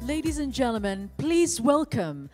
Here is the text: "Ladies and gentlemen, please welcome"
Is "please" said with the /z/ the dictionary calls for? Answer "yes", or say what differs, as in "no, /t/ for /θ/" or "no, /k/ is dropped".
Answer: yes